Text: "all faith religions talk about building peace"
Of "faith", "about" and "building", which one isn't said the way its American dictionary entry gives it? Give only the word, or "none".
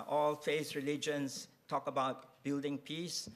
faith